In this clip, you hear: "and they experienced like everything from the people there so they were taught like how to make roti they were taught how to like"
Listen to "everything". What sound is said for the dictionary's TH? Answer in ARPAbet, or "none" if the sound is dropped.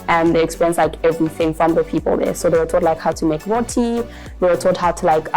TH